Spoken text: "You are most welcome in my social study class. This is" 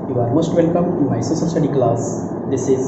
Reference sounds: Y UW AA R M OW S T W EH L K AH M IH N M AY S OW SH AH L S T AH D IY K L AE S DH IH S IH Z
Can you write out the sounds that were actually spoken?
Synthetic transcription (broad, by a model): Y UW AA R M OW S T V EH L K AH M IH M AY S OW S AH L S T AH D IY K L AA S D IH S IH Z